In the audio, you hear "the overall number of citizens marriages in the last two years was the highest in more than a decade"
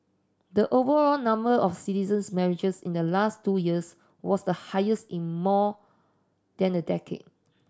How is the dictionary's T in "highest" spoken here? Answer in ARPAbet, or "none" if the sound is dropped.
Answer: T